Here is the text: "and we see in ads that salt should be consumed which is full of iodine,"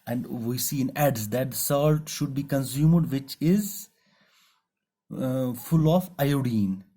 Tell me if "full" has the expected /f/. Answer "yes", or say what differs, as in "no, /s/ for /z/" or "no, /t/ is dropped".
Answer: yes